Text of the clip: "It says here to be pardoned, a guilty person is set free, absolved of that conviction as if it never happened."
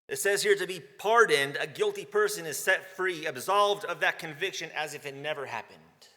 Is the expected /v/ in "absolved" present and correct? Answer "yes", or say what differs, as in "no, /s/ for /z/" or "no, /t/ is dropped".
yes